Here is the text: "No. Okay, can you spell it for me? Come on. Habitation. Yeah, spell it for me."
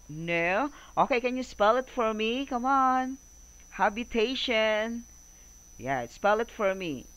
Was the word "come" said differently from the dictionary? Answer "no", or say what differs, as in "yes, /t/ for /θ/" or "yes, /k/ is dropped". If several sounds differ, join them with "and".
no